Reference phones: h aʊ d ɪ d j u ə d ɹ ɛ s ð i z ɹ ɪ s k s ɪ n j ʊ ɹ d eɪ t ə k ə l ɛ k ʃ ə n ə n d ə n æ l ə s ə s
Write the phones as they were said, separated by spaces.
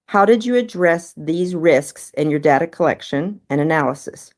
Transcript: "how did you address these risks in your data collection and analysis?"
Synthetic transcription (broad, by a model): h aʊ d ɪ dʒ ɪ ə d ɹ ɛ s ð i z ɹ ɪ s k s ɪ n j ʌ ɹ d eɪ t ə k ə l ɛ k ʃ ə n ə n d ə n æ l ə s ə s